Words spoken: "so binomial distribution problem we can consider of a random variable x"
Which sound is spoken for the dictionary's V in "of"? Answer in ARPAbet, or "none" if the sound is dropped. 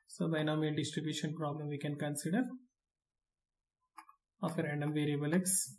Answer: P